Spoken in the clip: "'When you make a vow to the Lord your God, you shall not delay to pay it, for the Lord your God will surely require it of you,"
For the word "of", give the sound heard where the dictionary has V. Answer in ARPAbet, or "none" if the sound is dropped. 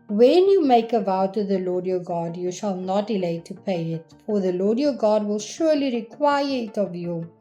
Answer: V